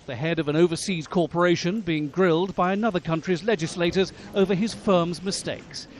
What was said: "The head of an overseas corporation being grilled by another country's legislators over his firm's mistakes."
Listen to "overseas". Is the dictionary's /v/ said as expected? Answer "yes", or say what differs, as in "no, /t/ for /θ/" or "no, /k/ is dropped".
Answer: yes